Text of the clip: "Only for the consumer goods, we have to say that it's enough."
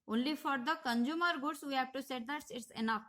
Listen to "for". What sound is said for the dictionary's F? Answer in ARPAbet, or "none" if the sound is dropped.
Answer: F